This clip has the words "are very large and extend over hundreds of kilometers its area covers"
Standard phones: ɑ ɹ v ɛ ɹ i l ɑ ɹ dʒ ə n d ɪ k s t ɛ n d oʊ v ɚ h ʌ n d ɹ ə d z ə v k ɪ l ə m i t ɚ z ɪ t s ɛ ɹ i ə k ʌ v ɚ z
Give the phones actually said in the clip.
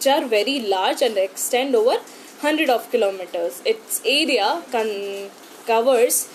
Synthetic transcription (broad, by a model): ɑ ɹ v ɛ ɹ i l ɑ ɹ dʒ ə n d ɪ k s t ɛ n d oʊ v ɚ h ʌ n d ɹ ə d ə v k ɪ l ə m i t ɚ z ɪ t s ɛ ɹ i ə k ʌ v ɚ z